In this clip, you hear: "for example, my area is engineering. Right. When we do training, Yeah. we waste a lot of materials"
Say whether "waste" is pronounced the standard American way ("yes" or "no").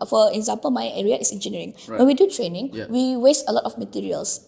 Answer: yes